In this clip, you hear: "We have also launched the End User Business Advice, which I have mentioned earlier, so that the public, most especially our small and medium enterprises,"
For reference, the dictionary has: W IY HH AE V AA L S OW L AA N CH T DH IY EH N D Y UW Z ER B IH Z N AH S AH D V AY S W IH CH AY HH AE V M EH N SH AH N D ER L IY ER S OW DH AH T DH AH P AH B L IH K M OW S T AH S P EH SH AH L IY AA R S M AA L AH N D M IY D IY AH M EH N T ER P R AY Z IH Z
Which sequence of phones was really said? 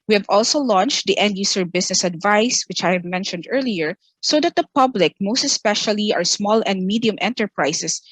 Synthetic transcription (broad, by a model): W IY HH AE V AA L S OW L AA N CH T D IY EH N D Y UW S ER B IH S N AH S AH D V AY S W IH CH AY HH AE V M EH N SH AH N D ER L IY ER S OW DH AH T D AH P AH B L IH K M OW S T AH S P EH SH AH L IY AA R S M AA L AH N D M IY D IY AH M EH N T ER P R AY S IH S